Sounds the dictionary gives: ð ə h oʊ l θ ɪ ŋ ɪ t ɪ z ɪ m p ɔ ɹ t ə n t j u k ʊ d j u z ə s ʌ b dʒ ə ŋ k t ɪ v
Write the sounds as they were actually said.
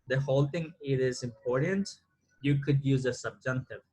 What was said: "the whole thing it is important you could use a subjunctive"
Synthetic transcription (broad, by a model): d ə h oʊ l t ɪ ŋ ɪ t ɪ z ɪ m p ɔ ɹ t ə n t j u k ʊ d j u z ə s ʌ b dʒ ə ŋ k t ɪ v